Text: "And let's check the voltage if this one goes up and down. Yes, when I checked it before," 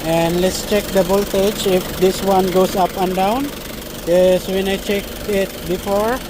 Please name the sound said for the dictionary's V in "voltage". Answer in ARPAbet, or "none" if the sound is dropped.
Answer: B